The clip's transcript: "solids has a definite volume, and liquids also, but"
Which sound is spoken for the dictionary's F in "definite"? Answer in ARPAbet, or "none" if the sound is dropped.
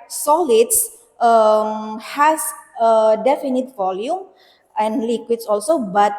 F